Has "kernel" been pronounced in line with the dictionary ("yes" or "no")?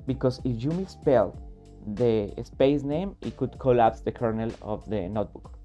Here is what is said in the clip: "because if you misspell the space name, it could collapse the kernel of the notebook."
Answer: yes